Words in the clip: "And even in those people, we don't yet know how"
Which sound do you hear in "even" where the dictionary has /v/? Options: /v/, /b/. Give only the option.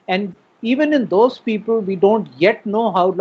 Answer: /v/